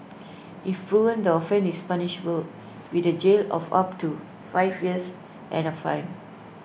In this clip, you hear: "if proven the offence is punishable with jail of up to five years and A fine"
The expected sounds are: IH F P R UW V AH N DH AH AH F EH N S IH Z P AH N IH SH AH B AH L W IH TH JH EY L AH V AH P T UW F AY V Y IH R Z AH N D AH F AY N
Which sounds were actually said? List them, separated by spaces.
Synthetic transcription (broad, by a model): IH F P R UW AH N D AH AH F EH N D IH S P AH N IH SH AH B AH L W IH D JH EY L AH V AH P T UW F AY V Y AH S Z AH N AH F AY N